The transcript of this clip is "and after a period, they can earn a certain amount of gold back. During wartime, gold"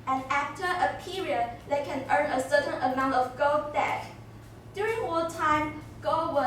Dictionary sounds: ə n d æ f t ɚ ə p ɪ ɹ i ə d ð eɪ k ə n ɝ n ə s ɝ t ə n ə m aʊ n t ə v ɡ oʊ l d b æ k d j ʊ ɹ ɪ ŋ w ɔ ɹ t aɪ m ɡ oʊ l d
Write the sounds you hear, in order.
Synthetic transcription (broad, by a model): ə n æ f t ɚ ə p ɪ ɹ i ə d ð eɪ k ə n ɝ n ə s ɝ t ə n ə m aʊ n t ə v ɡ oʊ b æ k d j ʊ ɹ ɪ ŋ ɔ l t aɪ m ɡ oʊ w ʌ